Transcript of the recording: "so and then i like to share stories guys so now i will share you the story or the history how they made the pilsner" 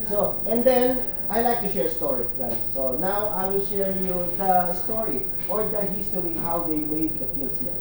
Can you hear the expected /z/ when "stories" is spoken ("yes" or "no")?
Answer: no